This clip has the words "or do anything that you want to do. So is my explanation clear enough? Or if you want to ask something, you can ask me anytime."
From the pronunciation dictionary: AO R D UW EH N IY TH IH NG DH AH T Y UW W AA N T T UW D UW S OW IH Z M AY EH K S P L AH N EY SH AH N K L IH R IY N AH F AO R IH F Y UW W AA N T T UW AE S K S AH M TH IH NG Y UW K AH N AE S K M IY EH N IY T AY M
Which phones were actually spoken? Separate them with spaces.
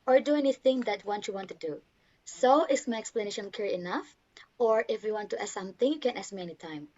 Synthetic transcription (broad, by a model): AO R D UW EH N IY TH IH NG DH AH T Y UW W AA N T T UW D UW S OW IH S M AY EH K S P L AH N EY SH AH N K IH R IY N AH F AO R IH F Y UW W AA N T T UW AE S S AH M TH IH NG Y UW K AH N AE S M IY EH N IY T AY M